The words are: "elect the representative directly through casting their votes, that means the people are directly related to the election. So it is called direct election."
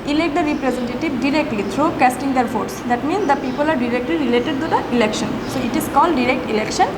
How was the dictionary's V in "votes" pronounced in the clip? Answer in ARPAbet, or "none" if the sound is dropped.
F